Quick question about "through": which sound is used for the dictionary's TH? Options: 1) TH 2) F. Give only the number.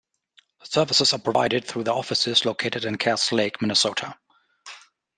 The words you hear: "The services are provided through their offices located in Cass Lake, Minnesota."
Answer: 1